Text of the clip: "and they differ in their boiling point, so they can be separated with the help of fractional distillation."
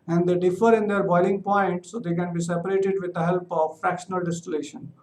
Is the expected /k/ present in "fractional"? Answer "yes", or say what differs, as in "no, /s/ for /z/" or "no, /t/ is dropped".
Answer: yes